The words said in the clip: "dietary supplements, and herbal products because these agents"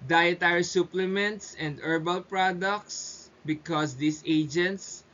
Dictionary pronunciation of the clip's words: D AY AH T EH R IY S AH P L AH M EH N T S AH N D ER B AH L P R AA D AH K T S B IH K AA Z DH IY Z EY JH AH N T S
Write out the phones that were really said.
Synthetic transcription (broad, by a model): D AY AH T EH R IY S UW P L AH M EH N T S AH N D ER B AH L P R AA D AH K T S B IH K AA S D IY S EY JH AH N T S